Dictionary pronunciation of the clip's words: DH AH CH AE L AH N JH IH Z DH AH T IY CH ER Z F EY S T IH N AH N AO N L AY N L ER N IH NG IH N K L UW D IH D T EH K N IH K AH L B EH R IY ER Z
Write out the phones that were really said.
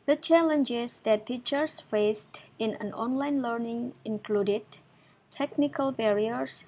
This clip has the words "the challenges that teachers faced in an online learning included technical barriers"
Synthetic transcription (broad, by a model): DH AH CH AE L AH N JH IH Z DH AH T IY CH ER S F EY S T IH N AH N AO N L AY N L ER N IH NG IH N K L UW D IH D T EH K N IH K AH L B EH R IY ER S